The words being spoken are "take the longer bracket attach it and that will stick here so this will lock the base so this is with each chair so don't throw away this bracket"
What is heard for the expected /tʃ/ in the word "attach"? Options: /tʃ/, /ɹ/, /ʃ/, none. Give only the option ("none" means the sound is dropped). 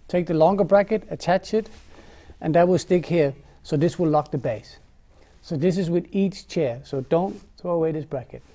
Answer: /tʃ/